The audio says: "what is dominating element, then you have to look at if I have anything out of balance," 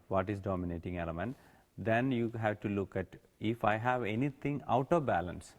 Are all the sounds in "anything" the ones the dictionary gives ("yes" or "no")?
no